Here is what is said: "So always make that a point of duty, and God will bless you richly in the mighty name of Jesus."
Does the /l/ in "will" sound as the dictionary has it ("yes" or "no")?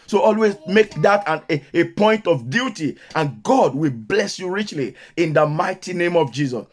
yes